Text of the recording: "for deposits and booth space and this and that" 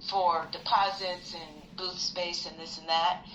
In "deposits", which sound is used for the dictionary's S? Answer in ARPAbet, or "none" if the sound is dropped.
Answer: S